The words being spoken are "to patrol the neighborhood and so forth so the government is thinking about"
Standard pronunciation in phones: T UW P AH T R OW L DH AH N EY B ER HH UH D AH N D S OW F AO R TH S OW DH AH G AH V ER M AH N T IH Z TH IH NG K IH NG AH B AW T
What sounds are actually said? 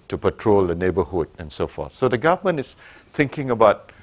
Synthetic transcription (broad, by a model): T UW P AH T R OW L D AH N EY B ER HH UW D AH N S OW F AO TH S OW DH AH G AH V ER M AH N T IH S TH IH NG K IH NG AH B AW T